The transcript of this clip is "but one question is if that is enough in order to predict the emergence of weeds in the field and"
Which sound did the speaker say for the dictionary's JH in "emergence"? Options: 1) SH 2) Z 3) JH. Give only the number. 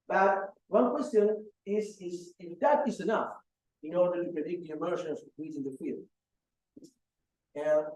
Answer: 1